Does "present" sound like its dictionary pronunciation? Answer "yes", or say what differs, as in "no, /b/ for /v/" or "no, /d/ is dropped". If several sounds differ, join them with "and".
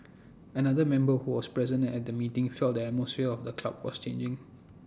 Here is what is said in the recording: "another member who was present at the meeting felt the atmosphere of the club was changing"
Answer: no, /t/ is dropped